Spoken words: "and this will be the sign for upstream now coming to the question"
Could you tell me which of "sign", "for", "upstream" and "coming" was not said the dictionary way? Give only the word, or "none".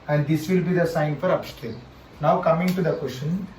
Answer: upstream